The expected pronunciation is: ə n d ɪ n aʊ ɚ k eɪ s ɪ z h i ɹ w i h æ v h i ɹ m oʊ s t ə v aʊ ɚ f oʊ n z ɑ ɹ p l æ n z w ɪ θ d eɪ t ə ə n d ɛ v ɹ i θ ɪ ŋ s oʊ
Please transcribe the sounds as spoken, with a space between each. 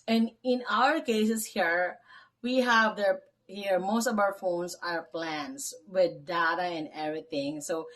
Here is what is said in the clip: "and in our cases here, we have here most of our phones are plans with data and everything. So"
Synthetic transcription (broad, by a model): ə n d ɪ n aʊ ɚ k eɪ s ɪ s h i ɹ w i h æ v h i ɹ m oʊ s t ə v aʊ ɚ f oʊ n s ɑ ɹ p l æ n s w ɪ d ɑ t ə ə n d ɛ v ɹ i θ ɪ ŋ s oʊ